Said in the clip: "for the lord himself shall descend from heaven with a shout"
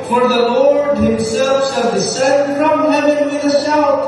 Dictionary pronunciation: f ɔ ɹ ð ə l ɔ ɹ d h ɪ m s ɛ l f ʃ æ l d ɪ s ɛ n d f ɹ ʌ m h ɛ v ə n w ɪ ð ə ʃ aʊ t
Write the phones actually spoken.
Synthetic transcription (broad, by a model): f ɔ ɹ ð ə l ɔ ɹ d h ɪ m s ɛ l f s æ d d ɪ s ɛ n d f ɹ ʌ m h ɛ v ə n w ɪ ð ə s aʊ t